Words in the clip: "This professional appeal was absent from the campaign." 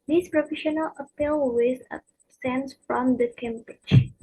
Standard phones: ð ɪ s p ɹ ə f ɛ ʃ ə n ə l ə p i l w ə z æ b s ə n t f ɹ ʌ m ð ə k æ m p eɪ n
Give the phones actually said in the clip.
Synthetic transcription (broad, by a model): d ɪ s p ɹ ə f ɛ ʃ ə n ə l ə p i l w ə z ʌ s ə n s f ɹ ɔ m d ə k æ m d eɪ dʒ